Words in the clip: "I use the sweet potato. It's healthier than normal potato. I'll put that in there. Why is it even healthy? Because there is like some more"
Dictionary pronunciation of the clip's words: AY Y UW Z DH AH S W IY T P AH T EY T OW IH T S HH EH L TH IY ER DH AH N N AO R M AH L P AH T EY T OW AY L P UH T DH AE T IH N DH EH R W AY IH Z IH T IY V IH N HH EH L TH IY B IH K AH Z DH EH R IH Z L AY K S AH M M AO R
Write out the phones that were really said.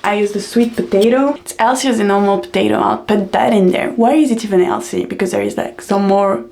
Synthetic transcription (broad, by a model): AY Y UW Z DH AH S W IY T P AH T EY T OW IH T S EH L S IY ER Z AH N N AO R M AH L P AH T EY T OW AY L P UH T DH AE T IH N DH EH R W AY IH Z IH T IY V IH N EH L S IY B IH K AH Z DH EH R IH Z L AY K S AH M M AO R